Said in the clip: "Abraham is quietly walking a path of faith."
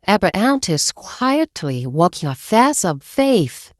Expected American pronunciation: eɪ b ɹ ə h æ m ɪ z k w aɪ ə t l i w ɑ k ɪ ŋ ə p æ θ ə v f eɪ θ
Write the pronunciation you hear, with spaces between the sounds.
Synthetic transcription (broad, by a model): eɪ b ɹ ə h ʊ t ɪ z k w aɪ ə t l i w ɑ k ɪ ŋ ə f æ s ə v f eɪ θ